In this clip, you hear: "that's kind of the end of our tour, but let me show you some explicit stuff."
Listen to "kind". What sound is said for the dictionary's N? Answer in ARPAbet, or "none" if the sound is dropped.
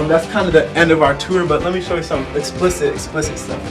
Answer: N